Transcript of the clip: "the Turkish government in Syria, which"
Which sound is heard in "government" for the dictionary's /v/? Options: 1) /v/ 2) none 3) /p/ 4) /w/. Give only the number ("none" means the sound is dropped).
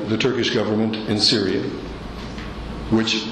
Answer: 1